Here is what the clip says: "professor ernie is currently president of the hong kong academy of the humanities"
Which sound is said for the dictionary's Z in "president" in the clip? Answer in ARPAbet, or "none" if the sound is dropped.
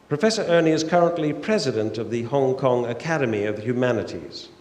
Z